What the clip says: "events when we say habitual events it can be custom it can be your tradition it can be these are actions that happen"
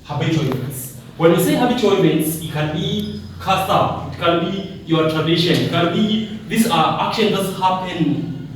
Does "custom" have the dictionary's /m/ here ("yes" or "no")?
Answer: no